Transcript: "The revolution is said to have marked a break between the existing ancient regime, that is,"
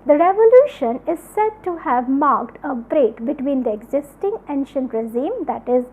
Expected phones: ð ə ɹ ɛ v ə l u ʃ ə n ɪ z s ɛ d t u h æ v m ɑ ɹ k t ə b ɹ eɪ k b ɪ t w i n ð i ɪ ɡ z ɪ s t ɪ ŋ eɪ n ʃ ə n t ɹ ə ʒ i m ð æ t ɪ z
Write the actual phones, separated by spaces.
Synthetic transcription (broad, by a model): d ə ɹ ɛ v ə l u ʃ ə n ɪ z s ɛ d t u h æ v m ɑ ɹ k t ə b ɹ eɪ k b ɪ t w i n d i ɪ ɡ z ɪ s t ɪ ŋ eɪ n ʃ ə n t ɹ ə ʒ i m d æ t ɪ z